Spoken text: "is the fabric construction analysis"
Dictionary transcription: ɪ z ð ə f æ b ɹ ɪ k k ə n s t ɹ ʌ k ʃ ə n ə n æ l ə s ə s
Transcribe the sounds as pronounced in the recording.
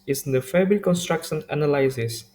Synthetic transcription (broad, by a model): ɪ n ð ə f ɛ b ɪ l k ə n s t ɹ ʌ k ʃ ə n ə n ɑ l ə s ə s